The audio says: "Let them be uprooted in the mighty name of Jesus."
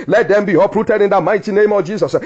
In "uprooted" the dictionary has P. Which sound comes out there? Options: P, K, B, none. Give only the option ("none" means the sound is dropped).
P